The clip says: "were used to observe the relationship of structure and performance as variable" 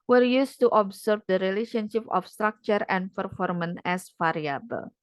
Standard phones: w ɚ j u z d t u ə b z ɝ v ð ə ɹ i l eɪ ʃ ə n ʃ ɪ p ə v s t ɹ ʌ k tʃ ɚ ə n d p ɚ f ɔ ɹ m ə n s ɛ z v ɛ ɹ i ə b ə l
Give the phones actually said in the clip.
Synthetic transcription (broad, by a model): w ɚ j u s t u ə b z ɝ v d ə ɹ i l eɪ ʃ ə n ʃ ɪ p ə f s t ɹ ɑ k tʃ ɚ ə n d p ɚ f ɔ ɹ m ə n ɛ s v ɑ ɹ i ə b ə l